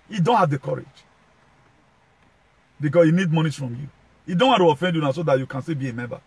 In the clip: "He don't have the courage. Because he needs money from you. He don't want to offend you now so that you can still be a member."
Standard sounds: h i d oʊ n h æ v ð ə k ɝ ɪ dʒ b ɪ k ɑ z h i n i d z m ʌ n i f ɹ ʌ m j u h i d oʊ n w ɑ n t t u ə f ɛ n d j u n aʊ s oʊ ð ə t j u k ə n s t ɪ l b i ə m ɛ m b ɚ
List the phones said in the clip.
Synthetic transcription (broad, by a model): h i d oʊ n h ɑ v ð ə k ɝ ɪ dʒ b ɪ k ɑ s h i n i d m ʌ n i f ɹ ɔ m j u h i d oʊ n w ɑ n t t u ə f ɛ n d j u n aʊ s oʊ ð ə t j u k ə n s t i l b i ə m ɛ m b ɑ